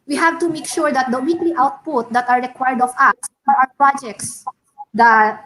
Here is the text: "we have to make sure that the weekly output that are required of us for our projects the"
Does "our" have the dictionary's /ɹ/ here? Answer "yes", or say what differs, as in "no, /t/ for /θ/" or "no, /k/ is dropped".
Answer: no, /w/ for /ɹ/